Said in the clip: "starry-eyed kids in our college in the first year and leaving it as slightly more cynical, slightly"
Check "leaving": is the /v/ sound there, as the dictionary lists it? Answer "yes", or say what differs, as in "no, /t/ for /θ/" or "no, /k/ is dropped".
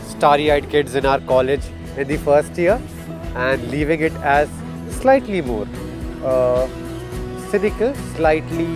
yes